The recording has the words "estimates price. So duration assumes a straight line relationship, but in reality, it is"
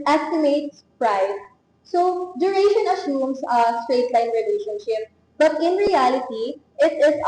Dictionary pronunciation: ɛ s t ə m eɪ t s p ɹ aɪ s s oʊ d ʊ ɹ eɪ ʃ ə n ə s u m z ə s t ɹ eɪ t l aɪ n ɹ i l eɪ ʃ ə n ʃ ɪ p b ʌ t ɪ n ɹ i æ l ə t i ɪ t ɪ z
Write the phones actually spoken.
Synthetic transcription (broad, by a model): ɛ s t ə m eɪ t s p ɹ aɪ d s oʊ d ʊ ɹ eɪ ʃ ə n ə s u m s ə s t ɹ eɪ t l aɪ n ɹ i l eɪ ʃ ə n ʃ ɪ p b ʌ t ɪ n ɹ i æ l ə t i ɪ t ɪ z